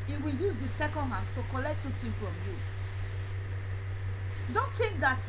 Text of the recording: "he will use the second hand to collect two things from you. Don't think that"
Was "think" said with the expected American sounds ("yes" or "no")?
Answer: no